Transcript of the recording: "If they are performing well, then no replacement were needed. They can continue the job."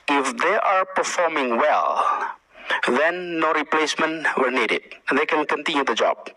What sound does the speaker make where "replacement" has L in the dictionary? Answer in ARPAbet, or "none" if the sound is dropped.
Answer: L